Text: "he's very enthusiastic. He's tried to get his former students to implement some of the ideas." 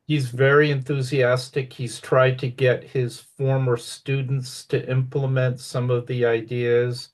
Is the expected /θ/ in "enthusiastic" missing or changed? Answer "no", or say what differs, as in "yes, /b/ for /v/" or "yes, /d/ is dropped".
no